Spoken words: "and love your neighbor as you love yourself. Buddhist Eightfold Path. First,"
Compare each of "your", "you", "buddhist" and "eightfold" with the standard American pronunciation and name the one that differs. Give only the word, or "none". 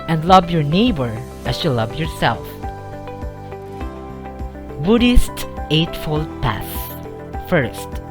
none